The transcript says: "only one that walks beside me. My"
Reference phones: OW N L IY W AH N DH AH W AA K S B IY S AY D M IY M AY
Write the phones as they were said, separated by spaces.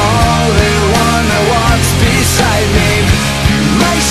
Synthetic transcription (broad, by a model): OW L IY W AH N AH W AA S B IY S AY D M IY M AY